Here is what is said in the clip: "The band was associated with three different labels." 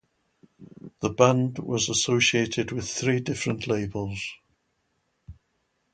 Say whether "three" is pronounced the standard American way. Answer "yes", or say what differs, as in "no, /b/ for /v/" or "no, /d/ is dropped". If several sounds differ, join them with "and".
yes